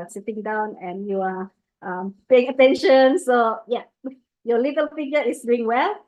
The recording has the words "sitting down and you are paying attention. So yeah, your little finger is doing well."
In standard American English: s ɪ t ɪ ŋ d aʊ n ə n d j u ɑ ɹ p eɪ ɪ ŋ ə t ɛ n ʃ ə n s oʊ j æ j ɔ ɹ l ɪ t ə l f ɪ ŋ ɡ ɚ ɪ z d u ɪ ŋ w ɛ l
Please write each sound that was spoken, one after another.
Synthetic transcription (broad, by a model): s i t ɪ ŋ d aʊ n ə n j u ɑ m p eɪ ɪ ŋ ə t ɛ n ʃ ə n s oʊ j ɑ j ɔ l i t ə l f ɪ ɡ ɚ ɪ s d u ɪ ŋ w ɛ l